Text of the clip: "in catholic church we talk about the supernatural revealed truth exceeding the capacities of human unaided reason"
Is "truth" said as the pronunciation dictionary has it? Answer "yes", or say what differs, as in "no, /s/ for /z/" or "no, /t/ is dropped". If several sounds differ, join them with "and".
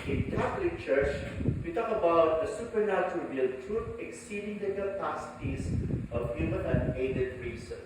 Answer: no, /t/ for /θ/